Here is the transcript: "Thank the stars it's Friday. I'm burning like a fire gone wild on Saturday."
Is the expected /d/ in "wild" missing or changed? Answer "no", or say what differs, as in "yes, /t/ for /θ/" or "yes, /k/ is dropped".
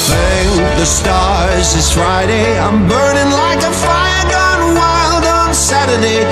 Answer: no